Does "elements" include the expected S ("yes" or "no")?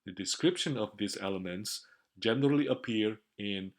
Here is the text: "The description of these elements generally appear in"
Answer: yes